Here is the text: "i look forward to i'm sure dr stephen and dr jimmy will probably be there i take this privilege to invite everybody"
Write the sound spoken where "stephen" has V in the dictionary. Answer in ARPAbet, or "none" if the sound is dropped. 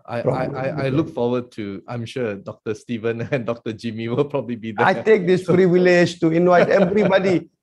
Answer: V